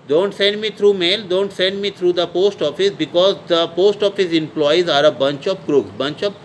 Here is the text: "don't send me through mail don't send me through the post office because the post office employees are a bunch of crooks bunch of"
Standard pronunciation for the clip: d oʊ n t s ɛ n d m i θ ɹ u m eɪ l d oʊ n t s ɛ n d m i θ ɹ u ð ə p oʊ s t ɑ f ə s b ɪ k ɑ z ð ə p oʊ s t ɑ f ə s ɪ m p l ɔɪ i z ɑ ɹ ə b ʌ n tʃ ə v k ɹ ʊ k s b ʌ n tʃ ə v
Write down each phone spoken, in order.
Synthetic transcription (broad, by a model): d oʊ n t s ɛ n d m i t ɹ u m eɪ l d oʊ n t s ɛ n d m i t ɹ u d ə p oʊ s t ɑ f ə s b ɪ k ɑ z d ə p oʊ s t ɑ f ə s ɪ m p l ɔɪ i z ɑ ɹ ə b ʌ n tʃ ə p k ɹ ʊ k b ʌ n tʃ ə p